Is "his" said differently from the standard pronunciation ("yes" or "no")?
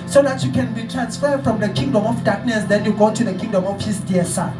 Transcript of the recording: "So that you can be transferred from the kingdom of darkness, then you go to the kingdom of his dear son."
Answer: yes